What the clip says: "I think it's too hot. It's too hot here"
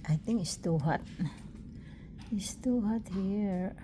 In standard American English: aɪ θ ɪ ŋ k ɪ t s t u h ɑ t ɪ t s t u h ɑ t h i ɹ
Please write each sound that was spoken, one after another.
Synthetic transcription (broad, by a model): aɪ t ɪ ŋ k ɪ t s t u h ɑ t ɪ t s t u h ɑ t h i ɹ